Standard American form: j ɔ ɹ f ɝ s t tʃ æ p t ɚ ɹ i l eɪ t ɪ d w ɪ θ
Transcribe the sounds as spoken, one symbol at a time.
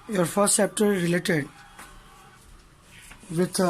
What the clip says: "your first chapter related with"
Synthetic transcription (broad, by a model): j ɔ ɹ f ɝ s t s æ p t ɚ ɹ i l eɪ t ɪ d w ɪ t